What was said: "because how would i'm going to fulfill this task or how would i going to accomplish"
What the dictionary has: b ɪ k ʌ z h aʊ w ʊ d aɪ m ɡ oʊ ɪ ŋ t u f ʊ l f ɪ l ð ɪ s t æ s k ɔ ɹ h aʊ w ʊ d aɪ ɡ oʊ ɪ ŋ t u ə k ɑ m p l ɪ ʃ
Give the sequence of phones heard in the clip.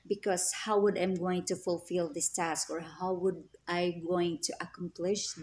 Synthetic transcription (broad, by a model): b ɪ k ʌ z h aʊ w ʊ d aɪ m ɡ oʊ ɪ ŋ t u f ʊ l f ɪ l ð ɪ s t æ s k ɔ ɹ h aʊ w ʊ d aɪ ɡ oʊ ɪ ŋ t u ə k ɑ m p l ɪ ʃ